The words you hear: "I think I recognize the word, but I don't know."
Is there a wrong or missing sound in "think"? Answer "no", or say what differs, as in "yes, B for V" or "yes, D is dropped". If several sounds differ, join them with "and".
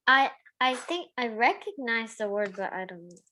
no